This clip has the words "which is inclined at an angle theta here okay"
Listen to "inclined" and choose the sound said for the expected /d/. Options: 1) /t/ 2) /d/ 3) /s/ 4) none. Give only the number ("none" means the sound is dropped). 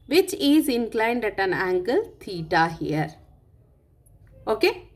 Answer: 2